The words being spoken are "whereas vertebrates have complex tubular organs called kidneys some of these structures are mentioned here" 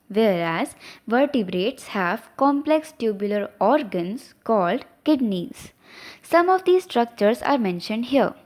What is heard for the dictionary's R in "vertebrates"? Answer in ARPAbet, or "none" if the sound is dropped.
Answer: R